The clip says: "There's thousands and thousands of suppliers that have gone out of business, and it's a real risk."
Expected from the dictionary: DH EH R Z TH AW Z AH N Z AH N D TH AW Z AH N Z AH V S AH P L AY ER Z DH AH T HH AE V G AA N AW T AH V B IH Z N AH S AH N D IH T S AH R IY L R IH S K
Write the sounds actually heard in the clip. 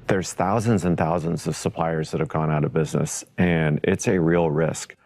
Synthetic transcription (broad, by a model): DH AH R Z TH AW Z AH N Z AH N TH AW Z AH N Z AH V S AH P L AY ER Z DH AH T HH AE V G AA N AW T AH V B IH Z N AH S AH N IH T S AH R IY L R IH S K